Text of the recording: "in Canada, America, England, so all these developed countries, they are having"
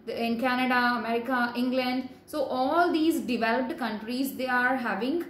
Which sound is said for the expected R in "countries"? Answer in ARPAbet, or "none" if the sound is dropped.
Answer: R